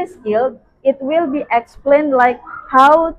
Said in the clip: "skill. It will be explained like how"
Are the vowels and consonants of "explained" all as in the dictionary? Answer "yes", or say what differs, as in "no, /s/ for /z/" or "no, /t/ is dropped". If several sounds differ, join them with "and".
yes